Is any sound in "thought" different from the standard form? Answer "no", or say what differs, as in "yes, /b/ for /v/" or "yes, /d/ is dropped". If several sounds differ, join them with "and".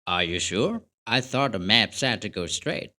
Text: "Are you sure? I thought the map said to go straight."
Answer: no